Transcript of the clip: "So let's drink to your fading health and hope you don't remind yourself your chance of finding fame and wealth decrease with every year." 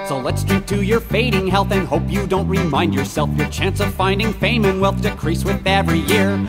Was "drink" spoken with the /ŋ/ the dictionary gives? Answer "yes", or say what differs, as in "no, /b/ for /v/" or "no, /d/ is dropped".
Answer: no, /ŋ/ is dropped